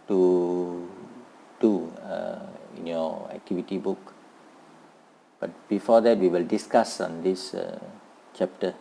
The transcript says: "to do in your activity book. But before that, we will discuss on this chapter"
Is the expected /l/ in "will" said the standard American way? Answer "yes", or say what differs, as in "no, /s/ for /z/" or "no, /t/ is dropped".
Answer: yes